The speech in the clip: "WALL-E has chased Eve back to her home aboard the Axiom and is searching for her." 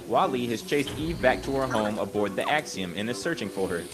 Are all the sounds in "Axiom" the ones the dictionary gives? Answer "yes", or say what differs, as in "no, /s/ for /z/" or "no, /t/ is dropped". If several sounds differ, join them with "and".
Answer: yes